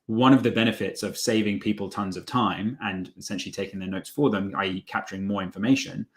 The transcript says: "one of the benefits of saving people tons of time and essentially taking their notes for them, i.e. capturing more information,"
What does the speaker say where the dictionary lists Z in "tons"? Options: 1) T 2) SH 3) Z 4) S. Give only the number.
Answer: 3